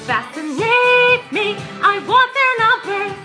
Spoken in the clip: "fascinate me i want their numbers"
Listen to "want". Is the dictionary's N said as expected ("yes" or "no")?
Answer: no